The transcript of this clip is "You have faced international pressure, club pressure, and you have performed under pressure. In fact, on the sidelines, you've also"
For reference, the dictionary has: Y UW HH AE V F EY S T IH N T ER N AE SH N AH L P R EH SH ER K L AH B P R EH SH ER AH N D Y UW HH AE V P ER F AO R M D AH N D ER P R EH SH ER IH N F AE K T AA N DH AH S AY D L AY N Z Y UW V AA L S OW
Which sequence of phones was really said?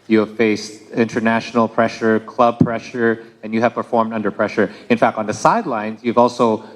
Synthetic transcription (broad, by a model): Y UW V F EY S T IH N T ER N AE SH N L P R EH SH ER K L AH B P R EH SH ER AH N Y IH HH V P ER F AO R M D AH N D ER P R EH SH ER IH N F AE K T N DH AH S AY D L AY N Z Y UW V AA L S OW